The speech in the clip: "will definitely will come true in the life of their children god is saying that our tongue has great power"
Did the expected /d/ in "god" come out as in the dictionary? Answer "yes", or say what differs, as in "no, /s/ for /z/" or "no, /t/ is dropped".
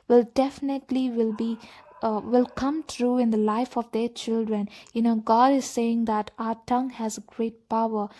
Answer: yes